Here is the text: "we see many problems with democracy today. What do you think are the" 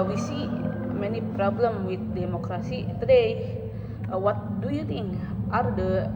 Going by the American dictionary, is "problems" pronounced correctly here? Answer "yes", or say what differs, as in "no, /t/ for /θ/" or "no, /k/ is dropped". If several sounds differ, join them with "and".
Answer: no, /z/ is dropped